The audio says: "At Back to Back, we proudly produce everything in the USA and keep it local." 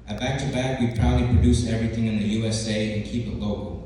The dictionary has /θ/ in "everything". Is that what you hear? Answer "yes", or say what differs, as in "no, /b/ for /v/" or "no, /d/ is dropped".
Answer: yes